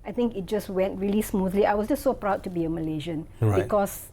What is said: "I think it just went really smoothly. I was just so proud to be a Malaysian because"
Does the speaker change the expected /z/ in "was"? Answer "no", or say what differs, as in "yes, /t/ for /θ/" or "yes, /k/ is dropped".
yes, /s/ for /z/